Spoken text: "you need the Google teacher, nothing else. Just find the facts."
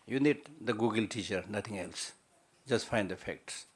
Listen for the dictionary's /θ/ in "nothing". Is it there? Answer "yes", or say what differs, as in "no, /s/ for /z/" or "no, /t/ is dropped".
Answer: no, /t/ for /θ/